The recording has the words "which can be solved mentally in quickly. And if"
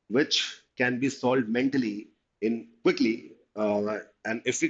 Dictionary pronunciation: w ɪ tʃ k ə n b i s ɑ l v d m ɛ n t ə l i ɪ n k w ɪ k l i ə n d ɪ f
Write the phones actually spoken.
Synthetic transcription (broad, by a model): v ɪ tʃ k ə n b i s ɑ l d m ɛ n t ə l i ɪ n k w ɪ k l i ə n d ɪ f